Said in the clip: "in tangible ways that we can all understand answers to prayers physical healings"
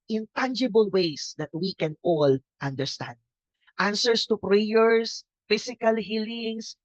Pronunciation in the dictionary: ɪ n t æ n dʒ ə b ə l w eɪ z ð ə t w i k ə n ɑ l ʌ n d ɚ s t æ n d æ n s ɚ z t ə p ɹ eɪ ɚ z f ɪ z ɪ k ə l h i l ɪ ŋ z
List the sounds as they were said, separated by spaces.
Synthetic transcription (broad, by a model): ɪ n t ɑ n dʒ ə b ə l w eɪ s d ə t w i k ə n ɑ l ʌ n d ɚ s t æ n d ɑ n s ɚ s t ə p ɹ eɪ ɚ s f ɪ s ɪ k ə l h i l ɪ ŋ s